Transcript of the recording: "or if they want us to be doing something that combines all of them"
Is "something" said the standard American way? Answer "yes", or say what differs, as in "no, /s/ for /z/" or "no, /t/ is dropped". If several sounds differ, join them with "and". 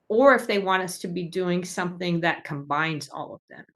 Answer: yes